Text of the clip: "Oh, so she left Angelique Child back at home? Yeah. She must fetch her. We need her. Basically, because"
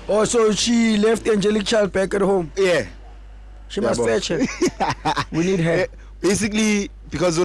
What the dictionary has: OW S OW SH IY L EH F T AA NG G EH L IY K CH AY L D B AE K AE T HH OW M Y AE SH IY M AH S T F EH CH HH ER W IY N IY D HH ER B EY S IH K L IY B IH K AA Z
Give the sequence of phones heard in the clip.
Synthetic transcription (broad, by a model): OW S OW SH IY L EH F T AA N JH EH L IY K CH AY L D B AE K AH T HH OW M Y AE SH IY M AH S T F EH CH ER W IY N IY D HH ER B EY S IH K L IY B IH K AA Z